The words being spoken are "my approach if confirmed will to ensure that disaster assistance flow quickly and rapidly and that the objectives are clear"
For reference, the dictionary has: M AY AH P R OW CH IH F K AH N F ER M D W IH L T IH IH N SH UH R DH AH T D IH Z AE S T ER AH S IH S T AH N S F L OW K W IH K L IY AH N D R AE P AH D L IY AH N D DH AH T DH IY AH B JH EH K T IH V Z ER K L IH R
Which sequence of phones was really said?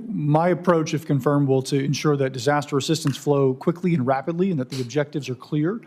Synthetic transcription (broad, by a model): M AY AH P R OW CH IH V K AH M F ER M D W IH L T IH IH N SH UH R DH AH T D IH Z AE S T ER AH S IH S T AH N S F L OW K W IH K L IY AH N R AE P AH D L IY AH N DH AH T DH IY AH B JH EH K T IH V Z ER K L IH R